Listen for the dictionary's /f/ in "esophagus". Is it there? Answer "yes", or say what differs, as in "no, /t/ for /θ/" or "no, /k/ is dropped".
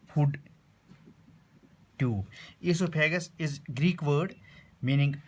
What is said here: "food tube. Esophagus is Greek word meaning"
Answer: no, /p/ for /f/